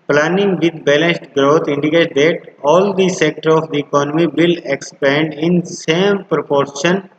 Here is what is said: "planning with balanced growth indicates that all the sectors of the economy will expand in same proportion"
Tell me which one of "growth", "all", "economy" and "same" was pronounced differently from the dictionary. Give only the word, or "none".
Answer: growth